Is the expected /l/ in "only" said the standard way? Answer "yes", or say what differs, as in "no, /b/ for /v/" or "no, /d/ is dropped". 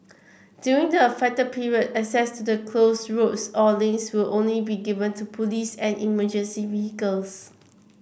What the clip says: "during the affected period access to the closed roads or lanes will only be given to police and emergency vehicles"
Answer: yes